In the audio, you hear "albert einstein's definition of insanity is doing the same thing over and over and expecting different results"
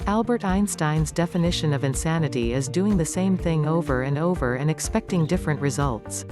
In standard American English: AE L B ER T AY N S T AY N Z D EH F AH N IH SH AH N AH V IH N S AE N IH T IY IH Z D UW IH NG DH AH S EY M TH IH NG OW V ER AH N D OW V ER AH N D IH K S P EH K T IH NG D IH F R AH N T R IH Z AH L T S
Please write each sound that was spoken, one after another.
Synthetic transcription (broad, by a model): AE L B ER T AY N S T AY N Z D EH F AH N IH SH AH N AH V IH N S AE N IH T IY IH Z D UW IH NG DH AH S EY M TH IH NG OW V ER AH N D OW V ER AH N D IH K S P EH K T IH NG D IH F R AH N T R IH Z AH L T S